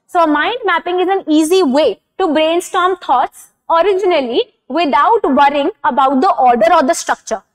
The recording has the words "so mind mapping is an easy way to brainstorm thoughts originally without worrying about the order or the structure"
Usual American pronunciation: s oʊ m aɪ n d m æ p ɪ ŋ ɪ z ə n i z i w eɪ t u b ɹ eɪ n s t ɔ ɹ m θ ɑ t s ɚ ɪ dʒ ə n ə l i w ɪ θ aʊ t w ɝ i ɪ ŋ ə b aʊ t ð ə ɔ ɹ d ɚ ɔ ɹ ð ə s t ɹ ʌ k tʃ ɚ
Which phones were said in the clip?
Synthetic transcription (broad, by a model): s oʊ m aɪ n d m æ p ɪ ŋ ɪ z ə n i z i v eɪ t u b ɹ eɪ n s t ɔ ɹ m t ɑ t s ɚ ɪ dʒ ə n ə l i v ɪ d aʊ t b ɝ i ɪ ŋ ə b aʊ t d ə ɔ ɹ d ɚ ɔ ɹ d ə s t ɹ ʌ k tʃ ɚ